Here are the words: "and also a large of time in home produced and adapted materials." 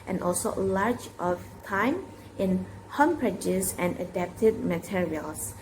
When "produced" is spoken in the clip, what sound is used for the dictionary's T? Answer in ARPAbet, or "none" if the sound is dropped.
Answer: none